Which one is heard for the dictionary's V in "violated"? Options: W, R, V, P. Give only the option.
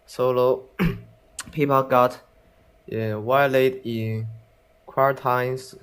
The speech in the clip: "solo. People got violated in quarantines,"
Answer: W